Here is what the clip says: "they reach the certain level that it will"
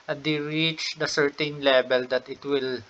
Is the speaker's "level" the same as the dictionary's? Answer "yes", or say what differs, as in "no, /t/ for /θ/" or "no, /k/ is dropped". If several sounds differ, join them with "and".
no, /b/ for /v/